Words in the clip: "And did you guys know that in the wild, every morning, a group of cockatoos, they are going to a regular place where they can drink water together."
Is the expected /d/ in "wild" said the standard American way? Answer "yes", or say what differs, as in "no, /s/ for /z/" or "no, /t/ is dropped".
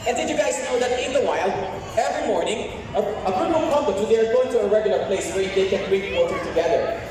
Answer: no, /d/ is dropped